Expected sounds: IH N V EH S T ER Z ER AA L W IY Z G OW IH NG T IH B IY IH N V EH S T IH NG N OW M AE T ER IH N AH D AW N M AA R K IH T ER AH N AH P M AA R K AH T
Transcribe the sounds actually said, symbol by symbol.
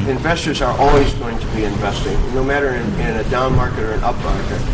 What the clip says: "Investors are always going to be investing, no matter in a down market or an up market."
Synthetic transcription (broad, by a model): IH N V EH S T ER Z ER AA L W IY Z G OW IH NG T IH B IY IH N V EH S T IH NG N OW M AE T ER IH N AH D AW N M AA R K IH T ER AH N AH P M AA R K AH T